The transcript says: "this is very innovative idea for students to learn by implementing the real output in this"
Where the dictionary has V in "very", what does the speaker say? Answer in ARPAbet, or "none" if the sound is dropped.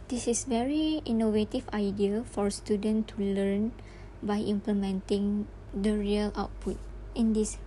V